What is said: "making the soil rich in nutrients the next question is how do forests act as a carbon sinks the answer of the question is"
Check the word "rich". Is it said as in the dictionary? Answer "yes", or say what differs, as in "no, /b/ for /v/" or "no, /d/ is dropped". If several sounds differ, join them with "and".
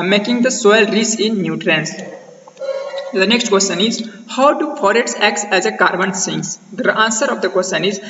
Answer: no, /s/ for /tʃ/